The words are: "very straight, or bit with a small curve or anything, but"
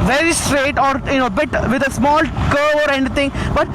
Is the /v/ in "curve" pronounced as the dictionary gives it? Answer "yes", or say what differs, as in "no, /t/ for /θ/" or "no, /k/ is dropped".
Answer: no, /v/ is dropped